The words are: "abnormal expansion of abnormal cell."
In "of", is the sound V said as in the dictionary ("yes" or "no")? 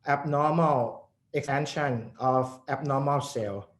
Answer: no